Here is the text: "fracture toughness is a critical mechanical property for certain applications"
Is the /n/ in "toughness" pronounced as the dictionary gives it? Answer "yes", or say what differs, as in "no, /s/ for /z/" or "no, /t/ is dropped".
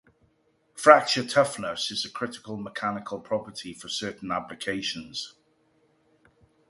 yes